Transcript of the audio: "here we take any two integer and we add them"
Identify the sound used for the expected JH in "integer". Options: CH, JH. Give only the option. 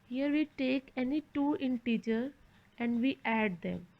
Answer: CH